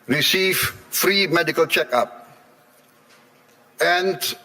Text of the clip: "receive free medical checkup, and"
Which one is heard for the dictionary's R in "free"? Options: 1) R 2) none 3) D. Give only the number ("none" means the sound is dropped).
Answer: 1